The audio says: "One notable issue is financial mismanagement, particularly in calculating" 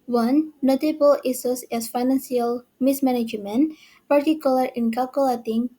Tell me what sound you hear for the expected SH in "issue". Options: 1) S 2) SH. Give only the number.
1